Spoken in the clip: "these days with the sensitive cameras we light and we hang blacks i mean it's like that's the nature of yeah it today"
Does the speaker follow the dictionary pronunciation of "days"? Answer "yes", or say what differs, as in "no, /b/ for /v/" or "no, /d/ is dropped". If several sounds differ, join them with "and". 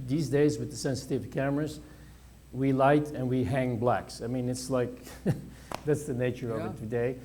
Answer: yes